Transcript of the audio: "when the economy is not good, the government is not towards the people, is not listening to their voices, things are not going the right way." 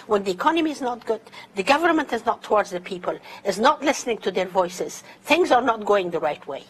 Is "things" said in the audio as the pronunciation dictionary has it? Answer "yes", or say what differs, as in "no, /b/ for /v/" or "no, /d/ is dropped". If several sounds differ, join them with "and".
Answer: yes